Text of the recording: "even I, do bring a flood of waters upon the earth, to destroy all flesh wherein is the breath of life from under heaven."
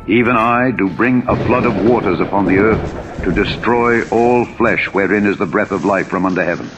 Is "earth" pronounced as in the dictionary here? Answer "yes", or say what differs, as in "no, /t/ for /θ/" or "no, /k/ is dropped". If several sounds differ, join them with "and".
yes